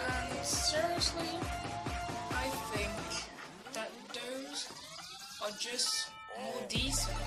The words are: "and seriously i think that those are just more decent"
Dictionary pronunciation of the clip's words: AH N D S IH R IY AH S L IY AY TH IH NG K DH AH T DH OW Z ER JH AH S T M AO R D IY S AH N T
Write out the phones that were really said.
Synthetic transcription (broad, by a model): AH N S IH R IY AH S L IY AY TH IH NG K DH AH T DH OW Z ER JH AH S T M AO R D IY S